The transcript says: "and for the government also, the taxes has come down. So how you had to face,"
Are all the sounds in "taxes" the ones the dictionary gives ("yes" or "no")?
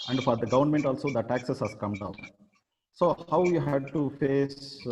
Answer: no